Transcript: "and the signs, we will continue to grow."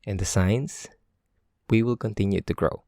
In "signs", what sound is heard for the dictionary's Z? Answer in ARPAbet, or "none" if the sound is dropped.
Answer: S